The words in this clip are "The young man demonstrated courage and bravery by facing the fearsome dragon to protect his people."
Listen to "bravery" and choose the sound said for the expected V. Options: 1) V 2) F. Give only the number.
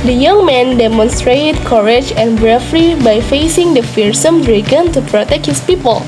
2